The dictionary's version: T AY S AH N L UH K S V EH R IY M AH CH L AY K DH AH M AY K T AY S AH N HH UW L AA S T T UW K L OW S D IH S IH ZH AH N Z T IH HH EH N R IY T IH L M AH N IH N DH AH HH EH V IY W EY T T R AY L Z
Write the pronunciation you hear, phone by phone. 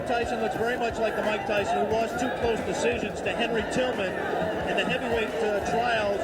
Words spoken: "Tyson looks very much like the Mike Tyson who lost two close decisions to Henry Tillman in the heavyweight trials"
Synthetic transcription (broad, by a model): T AY S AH N L UH K S V EH R IY M AH CH L AY K DH AH M AY K T AY S AH N HH UW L AA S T T UW K L OW S D IH S IH ZH AH N Z T IH HH EH N R IY T IH L M AH N IH N DH AH HH EH V IY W EY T T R AY L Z